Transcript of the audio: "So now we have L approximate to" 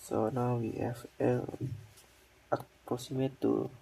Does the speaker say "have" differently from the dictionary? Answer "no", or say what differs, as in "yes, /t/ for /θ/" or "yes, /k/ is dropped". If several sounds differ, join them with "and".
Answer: yes, /f/ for /v/